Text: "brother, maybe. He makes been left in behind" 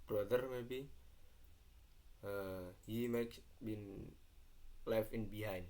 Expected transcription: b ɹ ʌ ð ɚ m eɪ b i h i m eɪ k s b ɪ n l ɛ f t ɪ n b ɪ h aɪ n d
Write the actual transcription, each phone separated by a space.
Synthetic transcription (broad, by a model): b ɹ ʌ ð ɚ m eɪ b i h i m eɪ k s b ɪ n l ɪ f ɪ n b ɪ h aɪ n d